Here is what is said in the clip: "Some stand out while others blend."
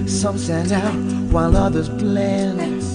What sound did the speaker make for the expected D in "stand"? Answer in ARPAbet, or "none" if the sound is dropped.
none